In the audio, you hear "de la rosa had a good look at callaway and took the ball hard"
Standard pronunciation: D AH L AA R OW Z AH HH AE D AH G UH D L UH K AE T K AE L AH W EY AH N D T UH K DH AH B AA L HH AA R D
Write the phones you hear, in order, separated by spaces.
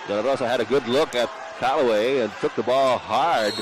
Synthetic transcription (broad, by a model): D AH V AA L OW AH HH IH D AH G UH D L UH K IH T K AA L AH W EY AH N T UH K DH AH B AA L HH AA R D